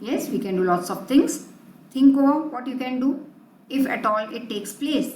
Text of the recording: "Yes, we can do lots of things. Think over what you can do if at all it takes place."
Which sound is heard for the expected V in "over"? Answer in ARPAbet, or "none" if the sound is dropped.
none